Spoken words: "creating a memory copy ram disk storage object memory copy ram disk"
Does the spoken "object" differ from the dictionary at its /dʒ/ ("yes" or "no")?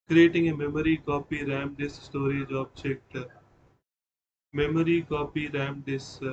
yes